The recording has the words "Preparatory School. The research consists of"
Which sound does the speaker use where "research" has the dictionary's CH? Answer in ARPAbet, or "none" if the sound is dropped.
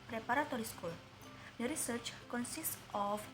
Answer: CH